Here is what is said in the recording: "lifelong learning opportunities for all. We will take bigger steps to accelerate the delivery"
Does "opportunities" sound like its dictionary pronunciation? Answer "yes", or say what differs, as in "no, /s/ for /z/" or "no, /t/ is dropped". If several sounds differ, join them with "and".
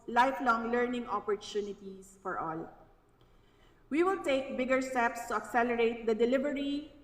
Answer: no, /s/ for /z/